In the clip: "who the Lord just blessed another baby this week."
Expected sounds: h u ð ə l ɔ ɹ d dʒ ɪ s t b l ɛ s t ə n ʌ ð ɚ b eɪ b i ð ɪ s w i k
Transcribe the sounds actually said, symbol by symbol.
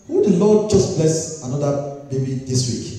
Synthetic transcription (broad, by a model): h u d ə l ɔ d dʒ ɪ s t b l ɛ s ə n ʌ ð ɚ b eɪ b i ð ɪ s w i k